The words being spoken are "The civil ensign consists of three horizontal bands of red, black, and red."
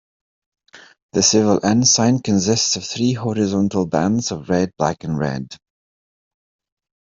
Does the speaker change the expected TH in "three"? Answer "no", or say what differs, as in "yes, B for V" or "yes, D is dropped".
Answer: no